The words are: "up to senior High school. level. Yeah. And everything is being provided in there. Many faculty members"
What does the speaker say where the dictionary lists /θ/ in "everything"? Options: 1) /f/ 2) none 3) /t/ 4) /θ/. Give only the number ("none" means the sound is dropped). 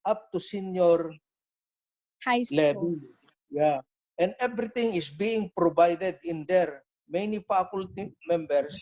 3